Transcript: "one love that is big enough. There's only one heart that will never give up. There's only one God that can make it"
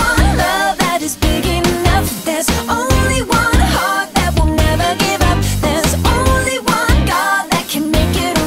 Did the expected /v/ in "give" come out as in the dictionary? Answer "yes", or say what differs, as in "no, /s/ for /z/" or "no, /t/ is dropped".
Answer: yes